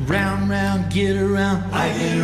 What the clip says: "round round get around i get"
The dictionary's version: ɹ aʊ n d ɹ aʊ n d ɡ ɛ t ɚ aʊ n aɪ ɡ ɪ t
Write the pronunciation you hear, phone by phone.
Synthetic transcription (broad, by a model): ɹ aʊ n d ɹ aʊ n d ɡ ɛ t ɚ aʊ n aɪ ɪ